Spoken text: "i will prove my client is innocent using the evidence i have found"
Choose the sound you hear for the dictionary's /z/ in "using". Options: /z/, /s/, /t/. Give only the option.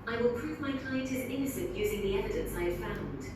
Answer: /z/